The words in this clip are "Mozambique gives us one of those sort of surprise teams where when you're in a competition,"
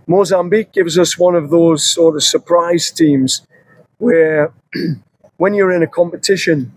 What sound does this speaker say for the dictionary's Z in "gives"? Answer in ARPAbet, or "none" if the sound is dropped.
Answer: Z